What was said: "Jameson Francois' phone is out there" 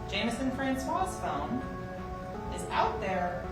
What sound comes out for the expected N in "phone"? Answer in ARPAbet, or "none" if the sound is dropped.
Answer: L